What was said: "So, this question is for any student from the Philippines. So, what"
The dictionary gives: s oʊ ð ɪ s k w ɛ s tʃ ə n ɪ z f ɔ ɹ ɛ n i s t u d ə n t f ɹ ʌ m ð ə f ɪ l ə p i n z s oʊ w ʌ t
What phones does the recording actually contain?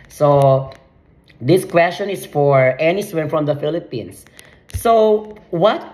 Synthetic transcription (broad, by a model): s oʊ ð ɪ s k w ɛ s tʃ ə n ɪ s f ɔ ɹ ɛ n i s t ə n f ɹ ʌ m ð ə f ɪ l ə p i n s oʊ w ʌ t